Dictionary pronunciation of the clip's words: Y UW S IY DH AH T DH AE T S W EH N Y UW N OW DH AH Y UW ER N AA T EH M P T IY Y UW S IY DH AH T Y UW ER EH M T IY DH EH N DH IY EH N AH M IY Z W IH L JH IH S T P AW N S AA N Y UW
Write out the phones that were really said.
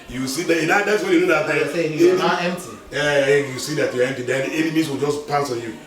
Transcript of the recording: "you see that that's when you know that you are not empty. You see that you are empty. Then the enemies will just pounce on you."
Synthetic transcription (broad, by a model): Y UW S IY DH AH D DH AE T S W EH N Y UW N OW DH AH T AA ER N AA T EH M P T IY Y UW S IY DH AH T Y UW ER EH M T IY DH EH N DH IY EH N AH M IY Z W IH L JH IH S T P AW S AA N Y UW